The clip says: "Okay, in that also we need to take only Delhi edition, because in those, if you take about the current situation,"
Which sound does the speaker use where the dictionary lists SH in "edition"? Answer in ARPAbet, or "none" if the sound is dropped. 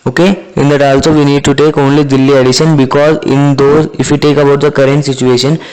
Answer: SH